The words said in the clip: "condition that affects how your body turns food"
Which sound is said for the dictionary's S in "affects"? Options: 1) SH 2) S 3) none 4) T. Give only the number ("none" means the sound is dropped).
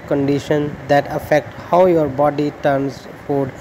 3